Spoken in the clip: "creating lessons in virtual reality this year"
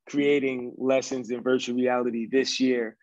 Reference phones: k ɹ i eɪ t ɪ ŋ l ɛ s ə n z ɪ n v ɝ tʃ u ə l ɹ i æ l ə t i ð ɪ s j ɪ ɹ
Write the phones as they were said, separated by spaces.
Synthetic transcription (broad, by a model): k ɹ i eɪ t ɪ ŋ l ɛ s ə n z ɪ n v ɝ tʃ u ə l ɹ i æ l ə t i ð ɪ s j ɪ ɹ